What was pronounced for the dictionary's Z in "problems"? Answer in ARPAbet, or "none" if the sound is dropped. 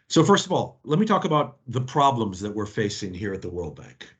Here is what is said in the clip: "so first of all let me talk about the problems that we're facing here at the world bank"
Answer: Z